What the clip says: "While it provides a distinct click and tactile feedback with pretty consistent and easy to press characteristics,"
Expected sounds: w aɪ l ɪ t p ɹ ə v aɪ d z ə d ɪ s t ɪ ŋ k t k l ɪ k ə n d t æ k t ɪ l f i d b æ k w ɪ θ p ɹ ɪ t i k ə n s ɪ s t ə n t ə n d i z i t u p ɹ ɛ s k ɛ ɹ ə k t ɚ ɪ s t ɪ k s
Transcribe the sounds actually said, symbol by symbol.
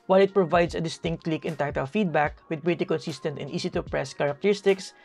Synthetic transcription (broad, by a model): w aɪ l ɪ t p ɹ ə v aɪ d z ə d ɪ s t ɪ ŋ k t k l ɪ k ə n t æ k t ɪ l f i d b æ k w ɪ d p ɹ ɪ t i k ə n s ɪ s t ə n t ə n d i s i t u p ɹ ɛ s k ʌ ɹ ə k t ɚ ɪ s t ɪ k s